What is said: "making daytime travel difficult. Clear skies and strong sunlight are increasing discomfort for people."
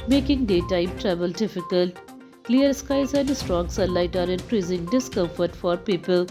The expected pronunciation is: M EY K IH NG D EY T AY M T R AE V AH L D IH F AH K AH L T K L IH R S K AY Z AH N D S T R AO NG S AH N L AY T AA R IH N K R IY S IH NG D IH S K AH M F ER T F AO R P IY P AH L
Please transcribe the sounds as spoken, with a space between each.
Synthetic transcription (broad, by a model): M EY K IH NG D EY T AY M T R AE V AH L D IH F AH K AH L T K L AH R S K AY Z AH N D S T R AO NG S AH L AY T AA R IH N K R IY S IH NG D IH S K AH M F ER T F AO R P IY P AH L